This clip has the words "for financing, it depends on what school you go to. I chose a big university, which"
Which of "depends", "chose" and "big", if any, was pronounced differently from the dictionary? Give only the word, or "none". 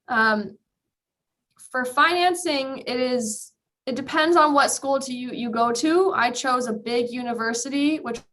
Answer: none